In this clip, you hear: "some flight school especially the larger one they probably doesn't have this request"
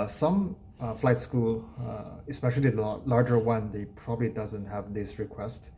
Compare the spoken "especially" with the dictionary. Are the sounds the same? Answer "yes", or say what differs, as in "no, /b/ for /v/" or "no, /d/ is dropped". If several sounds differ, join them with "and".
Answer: no, /l/ is dropped